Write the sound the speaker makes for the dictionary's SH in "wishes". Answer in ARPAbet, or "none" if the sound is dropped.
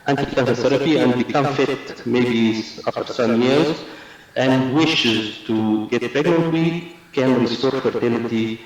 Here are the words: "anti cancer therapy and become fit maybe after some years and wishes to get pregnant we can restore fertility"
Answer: SH